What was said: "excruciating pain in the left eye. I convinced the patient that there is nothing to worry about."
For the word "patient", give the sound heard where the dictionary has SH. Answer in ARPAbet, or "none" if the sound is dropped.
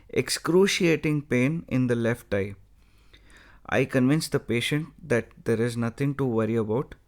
SH